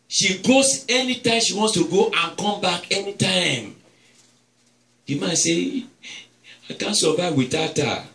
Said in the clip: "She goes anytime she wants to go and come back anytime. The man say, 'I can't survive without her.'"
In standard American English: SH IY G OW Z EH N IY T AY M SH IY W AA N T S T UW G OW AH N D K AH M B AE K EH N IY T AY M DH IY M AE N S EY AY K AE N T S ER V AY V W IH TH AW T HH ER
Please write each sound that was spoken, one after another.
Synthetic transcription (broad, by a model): SH IY G OW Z EH N IY T AY M SH IY W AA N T S T UW G OW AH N K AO M B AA K EH N IY T AY M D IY M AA N S EY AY K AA N S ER V AY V W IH T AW T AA